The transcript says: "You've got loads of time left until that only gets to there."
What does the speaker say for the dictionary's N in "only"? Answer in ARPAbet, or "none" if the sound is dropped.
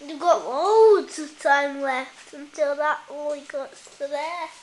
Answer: none